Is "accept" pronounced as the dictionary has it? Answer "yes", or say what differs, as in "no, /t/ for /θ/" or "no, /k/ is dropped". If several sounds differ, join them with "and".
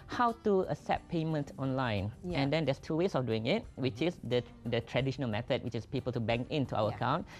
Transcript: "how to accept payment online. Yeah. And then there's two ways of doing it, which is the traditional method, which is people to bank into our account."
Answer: no, /k/ is dropped